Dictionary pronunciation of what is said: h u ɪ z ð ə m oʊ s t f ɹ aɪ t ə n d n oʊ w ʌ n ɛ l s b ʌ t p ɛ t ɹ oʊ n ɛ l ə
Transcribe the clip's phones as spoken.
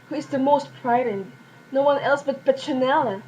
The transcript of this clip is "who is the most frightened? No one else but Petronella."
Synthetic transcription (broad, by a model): h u ɪ z ð ə m oʊ s t p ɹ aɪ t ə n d n oʊ w ʌ n ɛ l s b ʌ t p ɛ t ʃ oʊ n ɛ l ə